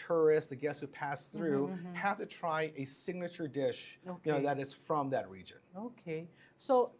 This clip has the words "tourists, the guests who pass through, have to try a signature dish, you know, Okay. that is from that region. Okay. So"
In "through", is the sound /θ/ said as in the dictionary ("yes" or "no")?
yes